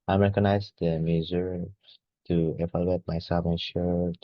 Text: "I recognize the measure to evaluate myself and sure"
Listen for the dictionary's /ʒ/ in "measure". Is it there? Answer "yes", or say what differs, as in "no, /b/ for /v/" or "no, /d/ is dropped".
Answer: no, /z/ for /ʒ/